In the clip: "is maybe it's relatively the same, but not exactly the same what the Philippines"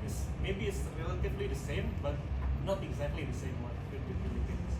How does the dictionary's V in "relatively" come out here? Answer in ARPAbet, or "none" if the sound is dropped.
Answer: B